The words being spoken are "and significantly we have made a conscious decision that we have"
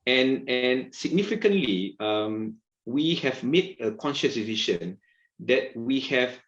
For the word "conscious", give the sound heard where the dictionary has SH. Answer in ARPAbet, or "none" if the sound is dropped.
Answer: SH